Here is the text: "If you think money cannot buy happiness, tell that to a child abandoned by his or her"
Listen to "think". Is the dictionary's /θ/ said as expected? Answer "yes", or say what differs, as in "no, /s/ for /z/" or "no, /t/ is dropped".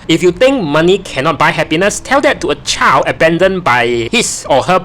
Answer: no, /t/ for /θ/